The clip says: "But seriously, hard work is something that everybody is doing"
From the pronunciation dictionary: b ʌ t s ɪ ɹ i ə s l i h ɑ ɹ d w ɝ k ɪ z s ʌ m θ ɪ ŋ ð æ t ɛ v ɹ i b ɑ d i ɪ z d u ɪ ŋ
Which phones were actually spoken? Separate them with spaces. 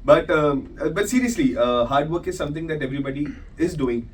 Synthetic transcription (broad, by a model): b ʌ t s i ɹ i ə s l i h ɑ ɹ d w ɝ k ɪ z s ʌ m t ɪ ŋ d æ t ɛ v ɹ i b ɑ d i ɪ z d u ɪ ŋ